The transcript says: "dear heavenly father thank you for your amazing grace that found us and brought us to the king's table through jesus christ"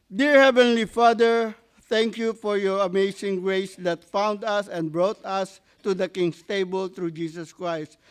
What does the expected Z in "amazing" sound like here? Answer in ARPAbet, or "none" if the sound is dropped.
S